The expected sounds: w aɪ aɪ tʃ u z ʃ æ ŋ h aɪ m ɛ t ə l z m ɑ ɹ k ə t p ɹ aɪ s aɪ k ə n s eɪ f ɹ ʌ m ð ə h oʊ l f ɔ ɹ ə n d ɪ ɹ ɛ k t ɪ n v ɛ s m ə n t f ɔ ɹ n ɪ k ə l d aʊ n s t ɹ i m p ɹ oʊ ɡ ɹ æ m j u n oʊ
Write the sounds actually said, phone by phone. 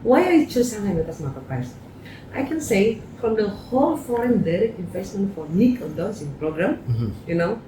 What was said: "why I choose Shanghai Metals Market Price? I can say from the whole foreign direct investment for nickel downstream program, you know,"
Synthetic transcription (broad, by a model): w aɪ aɪ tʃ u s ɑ h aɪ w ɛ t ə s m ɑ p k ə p aɪ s aɪ k ə n s eɪ f ɹ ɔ m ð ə h oʊ l f ɔ ɹ ə n d ɪ ɹ ɛ k t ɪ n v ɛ s m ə n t f ɔ ɹ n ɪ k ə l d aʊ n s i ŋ p ɹ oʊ ɡ ɹ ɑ m j u n oʊ